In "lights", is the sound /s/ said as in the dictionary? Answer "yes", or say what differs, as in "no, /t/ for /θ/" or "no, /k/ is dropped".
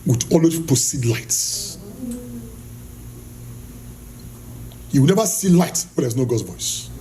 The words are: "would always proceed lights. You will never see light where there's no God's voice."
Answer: yes